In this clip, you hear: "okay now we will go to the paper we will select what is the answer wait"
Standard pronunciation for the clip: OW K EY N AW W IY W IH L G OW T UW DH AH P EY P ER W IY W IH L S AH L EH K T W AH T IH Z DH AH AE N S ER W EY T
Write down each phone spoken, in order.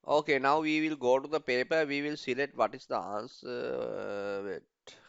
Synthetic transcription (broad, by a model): OW K EY N AW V IY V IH L G OW T UW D AH P EY P ER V IY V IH L S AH L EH T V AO T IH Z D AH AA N S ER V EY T